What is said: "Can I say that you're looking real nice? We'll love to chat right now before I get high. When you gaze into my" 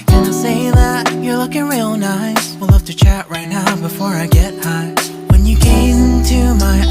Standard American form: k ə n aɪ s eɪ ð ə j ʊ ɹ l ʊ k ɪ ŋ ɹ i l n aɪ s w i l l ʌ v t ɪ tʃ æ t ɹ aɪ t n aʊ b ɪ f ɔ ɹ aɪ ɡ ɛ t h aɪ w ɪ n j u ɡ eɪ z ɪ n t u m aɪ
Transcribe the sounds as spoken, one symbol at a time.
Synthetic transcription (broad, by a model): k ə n aɪ s eɪ ð ə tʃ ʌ ɹ l ʊ k ɪ ŋ ɹ i l n aɪ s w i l l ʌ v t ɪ tʃ æ t ɹ aɪ t n aʊ b ɪ f ɔ ɹ aɪ ɡ ɛ t h aɪ w ɪ n j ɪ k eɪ ɪ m t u m aɪ